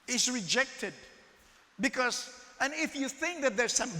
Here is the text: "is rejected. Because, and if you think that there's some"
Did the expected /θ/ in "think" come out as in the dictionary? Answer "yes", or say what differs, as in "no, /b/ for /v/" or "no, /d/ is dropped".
yes